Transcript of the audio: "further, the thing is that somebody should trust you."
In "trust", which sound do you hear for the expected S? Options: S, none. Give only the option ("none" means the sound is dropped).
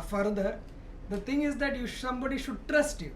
S